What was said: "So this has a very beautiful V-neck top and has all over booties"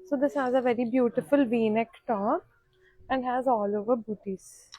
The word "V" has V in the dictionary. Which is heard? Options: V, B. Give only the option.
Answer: V